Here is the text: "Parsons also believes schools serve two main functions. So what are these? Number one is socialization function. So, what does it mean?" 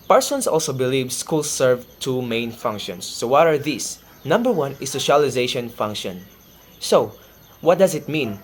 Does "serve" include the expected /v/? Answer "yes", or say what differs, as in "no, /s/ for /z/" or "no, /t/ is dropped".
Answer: yes